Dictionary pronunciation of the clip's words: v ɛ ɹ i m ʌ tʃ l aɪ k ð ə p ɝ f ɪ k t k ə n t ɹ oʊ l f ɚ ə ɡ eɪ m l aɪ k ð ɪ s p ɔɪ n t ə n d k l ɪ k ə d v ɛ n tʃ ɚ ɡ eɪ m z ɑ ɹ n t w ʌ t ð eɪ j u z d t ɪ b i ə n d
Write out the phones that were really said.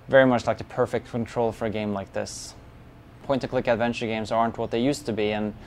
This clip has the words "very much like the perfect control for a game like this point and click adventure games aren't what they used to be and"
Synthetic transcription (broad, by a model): v ɛ ɹ i m ʌ tʃ l aɪ k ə p ɝ f ɪ k t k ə n t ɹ oʊ l f ɚ ə ɡ eɪ m l aɪ k ð ɪ s p ɔɪ n t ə k l ɪ k ə d v ɛ n tʃ ɚ ɡ eɪ m z ɑ ɹ n t w ʌ t ð eɪ j u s t ɪ b i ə n